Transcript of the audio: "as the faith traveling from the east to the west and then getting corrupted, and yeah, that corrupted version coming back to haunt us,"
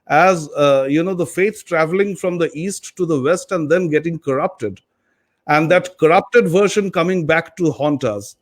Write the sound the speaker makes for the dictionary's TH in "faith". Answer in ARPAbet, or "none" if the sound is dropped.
S